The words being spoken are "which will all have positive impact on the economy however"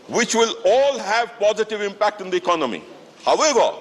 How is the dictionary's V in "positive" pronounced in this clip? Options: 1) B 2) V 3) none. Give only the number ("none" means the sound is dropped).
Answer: 2